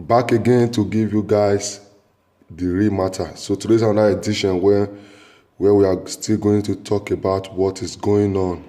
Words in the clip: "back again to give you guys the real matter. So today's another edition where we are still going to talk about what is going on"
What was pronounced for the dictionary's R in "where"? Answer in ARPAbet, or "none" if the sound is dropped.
W